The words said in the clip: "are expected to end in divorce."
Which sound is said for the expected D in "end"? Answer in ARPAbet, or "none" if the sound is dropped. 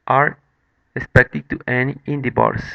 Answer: none